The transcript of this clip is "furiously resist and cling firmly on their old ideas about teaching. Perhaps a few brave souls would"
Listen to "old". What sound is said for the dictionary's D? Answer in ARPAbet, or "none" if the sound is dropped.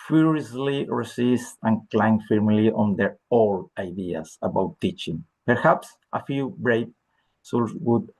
none